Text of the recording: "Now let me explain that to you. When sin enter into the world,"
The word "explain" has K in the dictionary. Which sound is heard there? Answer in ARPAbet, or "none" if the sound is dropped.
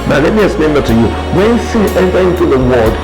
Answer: none